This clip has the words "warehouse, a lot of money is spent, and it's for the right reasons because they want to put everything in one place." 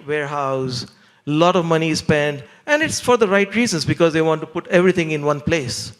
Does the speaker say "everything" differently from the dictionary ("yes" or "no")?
yes